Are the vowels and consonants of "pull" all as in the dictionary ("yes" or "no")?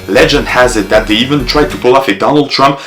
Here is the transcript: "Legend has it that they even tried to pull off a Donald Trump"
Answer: yes